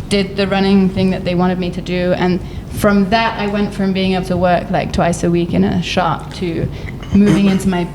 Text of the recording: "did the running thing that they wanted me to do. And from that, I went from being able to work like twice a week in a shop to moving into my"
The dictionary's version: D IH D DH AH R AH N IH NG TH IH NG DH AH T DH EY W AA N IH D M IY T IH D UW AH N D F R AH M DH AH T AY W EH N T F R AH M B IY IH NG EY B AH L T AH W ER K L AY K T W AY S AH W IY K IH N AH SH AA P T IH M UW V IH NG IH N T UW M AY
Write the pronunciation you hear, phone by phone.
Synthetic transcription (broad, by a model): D IH D DH AH R AH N IH NG TH IH NG DH AH T DH EY W AA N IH D M IY T IH D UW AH N F R AH M DH AH T AY W EH N T F R AH M B IY IH NG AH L T AH W ER K L AY K T W AY S AH W IY K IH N AH SH AA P T IH M UW V IH NG IH N T UW M AY